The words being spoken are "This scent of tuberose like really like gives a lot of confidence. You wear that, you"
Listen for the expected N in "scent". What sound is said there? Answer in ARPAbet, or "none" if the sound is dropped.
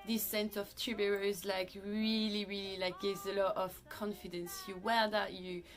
N